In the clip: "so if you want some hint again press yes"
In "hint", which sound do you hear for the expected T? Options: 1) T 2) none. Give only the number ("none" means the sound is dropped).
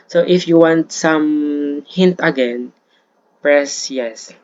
1